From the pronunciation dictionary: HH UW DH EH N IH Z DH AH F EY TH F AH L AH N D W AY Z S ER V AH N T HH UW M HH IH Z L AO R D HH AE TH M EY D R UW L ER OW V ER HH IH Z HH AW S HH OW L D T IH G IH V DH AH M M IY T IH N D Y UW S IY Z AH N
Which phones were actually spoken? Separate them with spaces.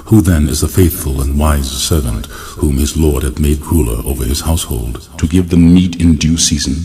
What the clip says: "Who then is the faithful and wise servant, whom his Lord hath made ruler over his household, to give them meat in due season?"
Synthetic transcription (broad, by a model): HH UW DH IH N IH Z DH AH F EY TH F AH L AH N W AY Z S ER V AH N T HH UW M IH Z L AO R D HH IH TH M EY D R UW L ER OW V ER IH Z HH AW S HH OW L D T IH G IH V DH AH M M IY T IH N D Y UW S IY Z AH N